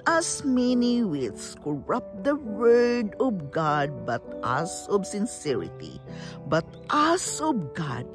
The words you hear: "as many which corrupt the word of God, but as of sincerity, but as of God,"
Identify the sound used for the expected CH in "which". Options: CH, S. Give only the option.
S